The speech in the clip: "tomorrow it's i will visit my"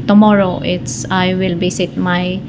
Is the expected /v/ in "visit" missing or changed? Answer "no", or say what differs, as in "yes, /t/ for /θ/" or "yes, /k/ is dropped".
yes, /b/ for /v/